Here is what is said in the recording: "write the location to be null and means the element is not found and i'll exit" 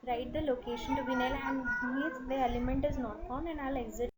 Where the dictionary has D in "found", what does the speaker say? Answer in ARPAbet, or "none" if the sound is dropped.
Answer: none